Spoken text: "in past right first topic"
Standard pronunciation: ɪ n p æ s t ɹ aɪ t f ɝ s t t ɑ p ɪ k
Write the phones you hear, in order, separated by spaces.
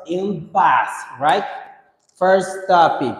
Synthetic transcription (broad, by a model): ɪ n b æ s ɹ aɪ t f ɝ s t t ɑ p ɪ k